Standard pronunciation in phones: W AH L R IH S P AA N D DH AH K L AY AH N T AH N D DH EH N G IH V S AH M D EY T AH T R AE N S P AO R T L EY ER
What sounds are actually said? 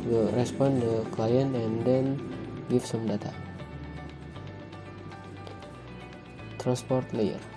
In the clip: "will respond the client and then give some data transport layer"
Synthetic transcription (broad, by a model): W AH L R IH S P AA N D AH K L AY AH N T AH N D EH N G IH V S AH M D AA T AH T R AE N S P AO R T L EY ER